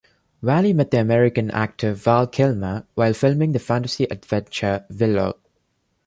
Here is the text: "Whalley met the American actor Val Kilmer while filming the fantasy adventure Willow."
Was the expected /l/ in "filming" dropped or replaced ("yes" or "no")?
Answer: no